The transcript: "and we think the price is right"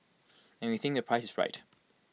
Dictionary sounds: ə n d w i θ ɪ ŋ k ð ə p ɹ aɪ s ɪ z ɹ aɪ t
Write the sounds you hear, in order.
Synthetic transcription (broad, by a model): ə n w i θ ɪ ŋ k ð ə p ɹ aɪ s ɪ z ɹ aɪ t